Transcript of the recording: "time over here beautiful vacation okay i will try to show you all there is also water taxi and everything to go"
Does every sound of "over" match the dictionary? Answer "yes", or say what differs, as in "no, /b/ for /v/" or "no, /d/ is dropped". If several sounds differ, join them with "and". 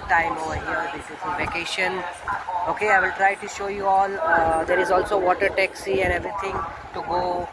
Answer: no, /v/ is dropped